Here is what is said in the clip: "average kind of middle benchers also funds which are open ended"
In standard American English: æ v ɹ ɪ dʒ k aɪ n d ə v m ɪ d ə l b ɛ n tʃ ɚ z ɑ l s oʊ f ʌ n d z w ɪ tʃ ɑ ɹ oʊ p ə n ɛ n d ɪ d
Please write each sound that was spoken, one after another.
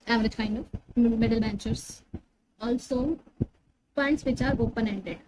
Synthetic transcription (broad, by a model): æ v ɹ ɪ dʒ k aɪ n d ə m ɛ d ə l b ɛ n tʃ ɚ s ɑ l s oʊ p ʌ n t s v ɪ tʃ ɑ ɹ oʊ p ə n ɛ n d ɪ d